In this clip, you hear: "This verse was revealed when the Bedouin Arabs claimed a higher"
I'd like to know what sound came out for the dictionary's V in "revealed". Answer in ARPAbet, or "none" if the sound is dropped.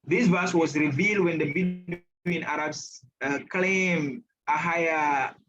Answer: V